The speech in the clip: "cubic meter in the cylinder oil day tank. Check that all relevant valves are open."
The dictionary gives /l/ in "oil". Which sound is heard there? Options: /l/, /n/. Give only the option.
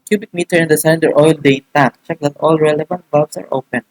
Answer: /l/